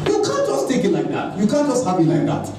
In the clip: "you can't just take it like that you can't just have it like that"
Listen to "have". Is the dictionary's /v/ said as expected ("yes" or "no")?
no